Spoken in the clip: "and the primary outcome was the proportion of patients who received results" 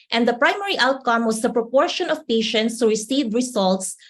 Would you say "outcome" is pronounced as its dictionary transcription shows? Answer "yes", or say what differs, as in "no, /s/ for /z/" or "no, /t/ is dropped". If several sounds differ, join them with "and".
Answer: yes